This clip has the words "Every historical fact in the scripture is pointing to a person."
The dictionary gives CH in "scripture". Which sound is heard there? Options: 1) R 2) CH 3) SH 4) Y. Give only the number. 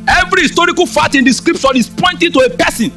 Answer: 3